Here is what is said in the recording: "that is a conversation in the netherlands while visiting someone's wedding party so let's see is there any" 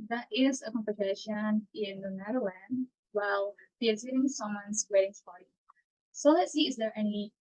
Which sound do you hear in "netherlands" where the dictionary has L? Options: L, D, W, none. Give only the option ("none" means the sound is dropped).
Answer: W